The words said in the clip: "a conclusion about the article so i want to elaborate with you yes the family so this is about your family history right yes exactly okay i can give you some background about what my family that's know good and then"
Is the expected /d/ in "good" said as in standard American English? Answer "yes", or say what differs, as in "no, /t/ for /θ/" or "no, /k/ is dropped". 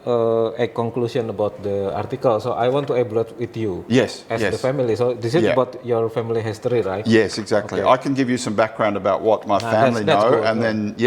no, /d/ is dropped